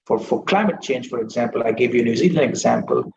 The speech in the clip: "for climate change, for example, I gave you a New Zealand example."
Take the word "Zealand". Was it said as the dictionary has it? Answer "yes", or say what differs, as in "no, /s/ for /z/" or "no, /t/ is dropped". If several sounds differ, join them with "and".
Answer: no, /d/ is dropped